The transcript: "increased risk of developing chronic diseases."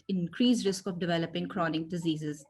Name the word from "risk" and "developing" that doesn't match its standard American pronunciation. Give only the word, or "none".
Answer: none